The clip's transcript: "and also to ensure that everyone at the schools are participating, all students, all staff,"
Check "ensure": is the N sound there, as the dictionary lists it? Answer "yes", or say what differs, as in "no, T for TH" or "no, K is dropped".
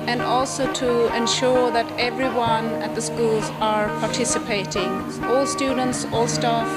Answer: yes